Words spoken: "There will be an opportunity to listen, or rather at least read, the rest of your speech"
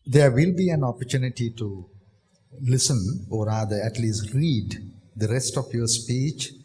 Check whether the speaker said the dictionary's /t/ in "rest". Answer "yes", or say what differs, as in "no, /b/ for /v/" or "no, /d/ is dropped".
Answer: yes